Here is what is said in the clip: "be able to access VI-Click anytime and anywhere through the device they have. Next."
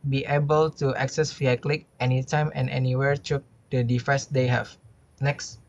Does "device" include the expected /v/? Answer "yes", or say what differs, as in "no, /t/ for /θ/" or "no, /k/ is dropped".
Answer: no, /f/ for /v/